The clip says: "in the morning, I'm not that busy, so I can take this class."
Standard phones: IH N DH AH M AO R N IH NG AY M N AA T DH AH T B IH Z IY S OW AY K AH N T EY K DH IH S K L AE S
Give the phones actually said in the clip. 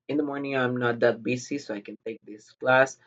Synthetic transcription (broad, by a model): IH N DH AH M AO R N IH NG AY M N AA T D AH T B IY S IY S OW AY K AH N T EY K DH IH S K L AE S